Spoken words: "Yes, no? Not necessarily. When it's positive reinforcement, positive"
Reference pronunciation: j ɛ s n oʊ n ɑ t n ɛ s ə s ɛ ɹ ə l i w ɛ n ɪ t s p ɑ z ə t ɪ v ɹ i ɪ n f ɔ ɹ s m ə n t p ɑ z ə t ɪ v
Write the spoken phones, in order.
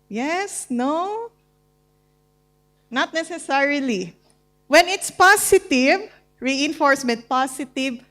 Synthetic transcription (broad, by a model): j ɛ s n oʊ n ɑ t n ɛ s ə s ɛ ɹ ə l i w ɛ n ɪ t s p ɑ s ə t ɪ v ɹ i ɪ n f ɔ ɹ s m ə n t p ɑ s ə t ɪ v